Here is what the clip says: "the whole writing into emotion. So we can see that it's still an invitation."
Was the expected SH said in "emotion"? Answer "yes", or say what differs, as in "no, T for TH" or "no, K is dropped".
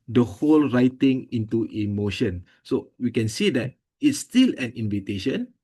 yes